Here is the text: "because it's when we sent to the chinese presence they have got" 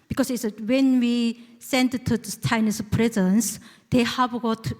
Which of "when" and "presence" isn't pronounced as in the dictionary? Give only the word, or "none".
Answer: none